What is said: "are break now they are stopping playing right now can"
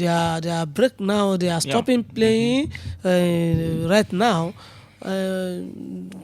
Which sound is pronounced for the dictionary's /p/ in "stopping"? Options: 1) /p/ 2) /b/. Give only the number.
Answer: 1